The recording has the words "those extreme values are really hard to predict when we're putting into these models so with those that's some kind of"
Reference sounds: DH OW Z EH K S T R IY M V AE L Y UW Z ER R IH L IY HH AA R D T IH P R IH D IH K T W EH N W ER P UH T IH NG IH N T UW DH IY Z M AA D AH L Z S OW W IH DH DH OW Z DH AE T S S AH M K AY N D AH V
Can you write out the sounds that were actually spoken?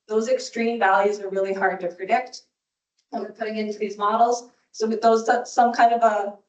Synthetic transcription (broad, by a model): DH OW Z EH K S T R IY M V AE L Y UW Z ER R IH L IY HH AA R D T IH P R IH D IH K T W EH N W ER P UH T IH NG IH N T UW DH IY Z M AA D L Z S OW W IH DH DH OW Z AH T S S AH M K AY N D AH V